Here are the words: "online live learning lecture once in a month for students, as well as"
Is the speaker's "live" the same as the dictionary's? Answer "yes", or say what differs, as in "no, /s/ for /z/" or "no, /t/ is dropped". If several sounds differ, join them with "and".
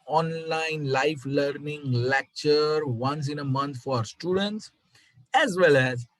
no, /f/ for /v/